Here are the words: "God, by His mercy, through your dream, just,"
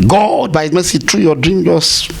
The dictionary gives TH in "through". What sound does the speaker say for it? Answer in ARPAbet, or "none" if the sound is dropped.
T